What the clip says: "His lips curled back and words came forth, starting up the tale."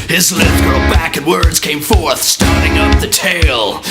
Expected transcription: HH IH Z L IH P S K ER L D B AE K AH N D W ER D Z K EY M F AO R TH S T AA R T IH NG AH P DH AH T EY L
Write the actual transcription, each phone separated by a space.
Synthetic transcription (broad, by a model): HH IH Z L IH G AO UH B AE K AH N W ER D Z K EY M F AO R TH S T AA R T IH NG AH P DH AH T EY L